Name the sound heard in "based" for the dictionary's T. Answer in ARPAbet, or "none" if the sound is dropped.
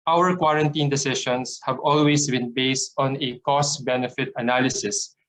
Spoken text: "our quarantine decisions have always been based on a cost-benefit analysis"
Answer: T